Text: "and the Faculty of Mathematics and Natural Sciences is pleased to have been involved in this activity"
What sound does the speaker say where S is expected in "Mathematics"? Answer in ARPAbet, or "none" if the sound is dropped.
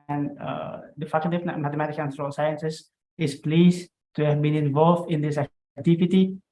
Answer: none